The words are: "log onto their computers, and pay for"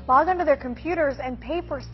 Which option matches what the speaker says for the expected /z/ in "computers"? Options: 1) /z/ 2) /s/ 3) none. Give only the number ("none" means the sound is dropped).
1